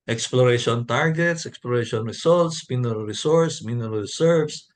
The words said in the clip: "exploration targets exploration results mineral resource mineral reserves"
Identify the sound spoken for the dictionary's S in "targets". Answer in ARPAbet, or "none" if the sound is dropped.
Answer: S